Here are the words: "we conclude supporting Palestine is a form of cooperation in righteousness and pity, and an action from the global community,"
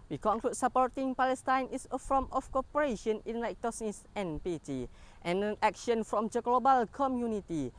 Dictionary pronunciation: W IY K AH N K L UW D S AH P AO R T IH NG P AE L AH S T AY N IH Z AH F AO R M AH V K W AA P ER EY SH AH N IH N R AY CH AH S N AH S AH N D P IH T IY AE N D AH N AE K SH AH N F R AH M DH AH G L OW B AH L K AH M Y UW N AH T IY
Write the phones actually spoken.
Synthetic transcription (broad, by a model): W IY K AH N K L UW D S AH P AO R T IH NG P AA L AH S T AY N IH S AH F AO M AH F K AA P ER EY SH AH N IH N L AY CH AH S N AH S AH N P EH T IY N AH N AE K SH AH N F R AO M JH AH G L OW B AH L K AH M Y UW N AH T IY